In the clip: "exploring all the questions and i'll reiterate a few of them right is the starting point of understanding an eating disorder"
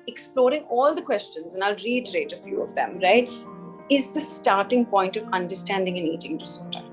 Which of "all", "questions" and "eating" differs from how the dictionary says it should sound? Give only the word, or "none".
none